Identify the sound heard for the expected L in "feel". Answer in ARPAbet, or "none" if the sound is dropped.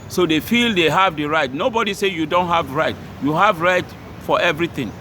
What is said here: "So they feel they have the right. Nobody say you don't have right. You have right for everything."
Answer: L